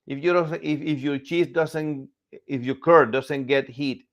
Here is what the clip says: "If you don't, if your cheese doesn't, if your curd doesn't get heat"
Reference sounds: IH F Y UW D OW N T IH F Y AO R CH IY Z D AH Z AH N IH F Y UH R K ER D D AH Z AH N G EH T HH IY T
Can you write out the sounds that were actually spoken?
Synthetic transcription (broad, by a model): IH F Y UW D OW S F IH F Y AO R CH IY S D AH S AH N IH F Y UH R K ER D D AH S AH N G EH T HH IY T